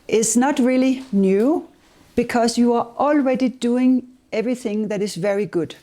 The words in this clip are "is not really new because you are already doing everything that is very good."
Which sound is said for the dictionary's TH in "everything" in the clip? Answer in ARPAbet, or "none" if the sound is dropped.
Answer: TH